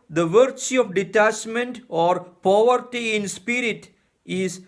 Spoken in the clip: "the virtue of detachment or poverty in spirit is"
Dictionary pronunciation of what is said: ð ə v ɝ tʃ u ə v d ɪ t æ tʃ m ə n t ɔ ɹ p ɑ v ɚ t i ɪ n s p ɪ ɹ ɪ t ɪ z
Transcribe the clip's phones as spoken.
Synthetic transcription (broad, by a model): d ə v ɝ tʃ u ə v d ɪ t æ tʃ m ə n t ɔ ɹ p ɑ v ɚ t i ɪ n s p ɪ ɹ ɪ t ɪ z